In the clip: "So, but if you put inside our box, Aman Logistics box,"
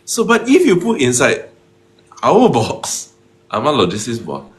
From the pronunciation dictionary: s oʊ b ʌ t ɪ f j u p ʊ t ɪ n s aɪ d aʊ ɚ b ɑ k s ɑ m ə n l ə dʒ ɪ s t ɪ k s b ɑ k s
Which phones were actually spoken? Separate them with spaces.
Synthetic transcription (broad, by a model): s oʊ b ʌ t ɪ f j u p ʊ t ɪ n s aɪ d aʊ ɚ b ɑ k s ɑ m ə l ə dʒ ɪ s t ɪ s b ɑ